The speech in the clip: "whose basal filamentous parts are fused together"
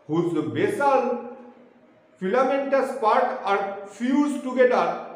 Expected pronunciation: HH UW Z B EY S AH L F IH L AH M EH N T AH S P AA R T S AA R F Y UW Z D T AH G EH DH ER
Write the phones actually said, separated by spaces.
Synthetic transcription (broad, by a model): HH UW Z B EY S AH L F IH L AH M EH N T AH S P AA R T AA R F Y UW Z T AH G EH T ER